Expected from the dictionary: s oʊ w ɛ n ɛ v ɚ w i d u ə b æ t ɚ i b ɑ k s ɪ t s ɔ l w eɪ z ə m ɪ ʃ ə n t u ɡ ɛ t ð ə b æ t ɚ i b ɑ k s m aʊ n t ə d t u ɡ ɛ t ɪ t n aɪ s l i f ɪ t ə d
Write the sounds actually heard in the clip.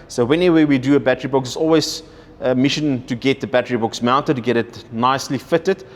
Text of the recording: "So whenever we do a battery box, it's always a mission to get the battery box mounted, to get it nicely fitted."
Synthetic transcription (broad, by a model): s oʊ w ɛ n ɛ w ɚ w i d u ə b æ t ɚ i b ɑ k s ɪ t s ɔ l w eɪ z ə m ɪ ʃ ə n t u ɡ ɛ t ð ə b æ t ɚ i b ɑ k s m aʊ n t ə d t u ɡ ɛ t ɪ t n aɪ s l i f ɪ t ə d